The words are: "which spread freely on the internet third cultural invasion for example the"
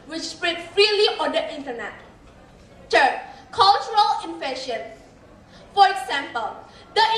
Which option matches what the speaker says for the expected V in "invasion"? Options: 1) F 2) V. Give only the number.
1